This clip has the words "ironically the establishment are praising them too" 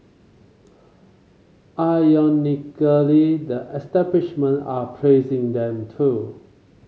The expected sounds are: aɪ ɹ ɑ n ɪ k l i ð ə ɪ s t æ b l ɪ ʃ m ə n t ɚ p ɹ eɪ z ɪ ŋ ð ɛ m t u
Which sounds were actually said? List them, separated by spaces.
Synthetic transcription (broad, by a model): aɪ ɑ n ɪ k l i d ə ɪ s t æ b l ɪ ʃ m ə n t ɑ p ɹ eɪ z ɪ ŋ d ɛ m t u